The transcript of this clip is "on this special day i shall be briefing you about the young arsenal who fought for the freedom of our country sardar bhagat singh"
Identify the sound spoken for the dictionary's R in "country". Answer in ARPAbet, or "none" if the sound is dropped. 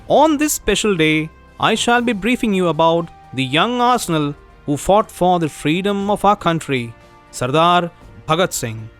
R